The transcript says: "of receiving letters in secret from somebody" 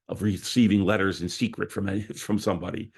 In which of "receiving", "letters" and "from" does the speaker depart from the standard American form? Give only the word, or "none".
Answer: none